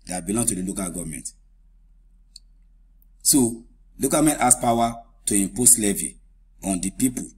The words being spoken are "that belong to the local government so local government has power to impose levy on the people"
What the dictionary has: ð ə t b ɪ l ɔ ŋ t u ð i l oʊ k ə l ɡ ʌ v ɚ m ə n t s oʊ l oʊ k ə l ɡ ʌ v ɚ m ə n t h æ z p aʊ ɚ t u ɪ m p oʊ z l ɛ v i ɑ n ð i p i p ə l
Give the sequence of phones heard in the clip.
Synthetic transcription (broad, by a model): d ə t b ɪ l ɔ ŋ t u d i l oʊ k ə l ɡ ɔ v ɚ m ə n t s oʊ l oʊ k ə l m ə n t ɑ s p aʊ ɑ t u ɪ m p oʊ s l ɛ v i ɑ n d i p i p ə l